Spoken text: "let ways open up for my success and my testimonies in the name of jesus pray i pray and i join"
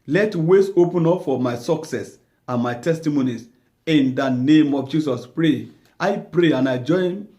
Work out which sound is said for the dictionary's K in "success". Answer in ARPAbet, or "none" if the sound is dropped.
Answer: K